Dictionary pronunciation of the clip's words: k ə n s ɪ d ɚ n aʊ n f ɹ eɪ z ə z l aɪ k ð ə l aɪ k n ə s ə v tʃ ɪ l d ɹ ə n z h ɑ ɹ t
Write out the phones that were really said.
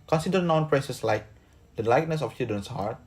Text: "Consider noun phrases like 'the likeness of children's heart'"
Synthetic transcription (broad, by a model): k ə n s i d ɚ n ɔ n p ɹ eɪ s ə s l aɪ k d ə l aɪ k n ə s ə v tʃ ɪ d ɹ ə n s h ɑ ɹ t